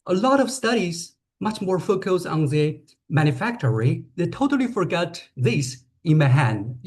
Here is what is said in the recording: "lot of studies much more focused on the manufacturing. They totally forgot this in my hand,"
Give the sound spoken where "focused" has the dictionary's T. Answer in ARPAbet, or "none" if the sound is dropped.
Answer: none